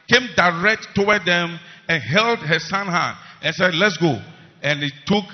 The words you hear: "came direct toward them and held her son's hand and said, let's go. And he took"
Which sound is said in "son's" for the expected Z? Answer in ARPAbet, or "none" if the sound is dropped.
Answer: none